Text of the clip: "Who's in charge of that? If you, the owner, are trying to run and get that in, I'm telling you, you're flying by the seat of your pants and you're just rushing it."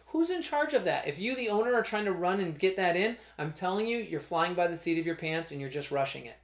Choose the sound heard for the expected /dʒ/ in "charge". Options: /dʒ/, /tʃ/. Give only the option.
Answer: /dʒ/